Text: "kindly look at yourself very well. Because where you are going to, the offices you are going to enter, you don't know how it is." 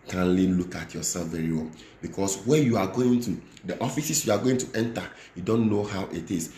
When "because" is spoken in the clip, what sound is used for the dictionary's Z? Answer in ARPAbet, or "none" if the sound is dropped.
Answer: S